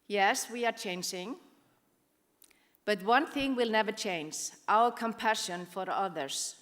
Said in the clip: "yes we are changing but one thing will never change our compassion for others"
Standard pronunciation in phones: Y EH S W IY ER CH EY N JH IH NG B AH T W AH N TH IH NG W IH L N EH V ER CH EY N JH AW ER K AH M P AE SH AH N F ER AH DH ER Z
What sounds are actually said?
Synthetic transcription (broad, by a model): Y EH S W IY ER CH EY N JH IH NG B AH T W AH N TH IH NG W IH L N EH V ER CH EY N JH AW ER K AH M P AE SH AH N F ER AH DH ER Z